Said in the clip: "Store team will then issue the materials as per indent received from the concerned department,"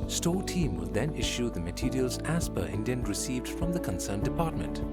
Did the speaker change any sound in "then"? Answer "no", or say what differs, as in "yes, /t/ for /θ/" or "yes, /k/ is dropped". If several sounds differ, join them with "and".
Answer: no